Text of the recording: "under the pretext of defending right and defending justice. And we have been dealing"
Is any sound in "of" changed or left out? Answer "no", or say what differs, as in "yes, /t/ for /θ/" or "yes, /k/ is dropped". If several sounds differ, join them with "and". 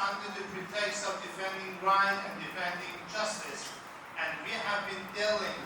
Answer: no